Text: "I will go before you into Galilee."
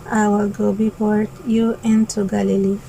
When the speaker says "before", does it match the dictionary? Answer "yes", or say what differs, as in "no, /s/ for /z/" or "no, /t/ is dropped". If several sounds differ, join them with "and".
no, /p/ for /f/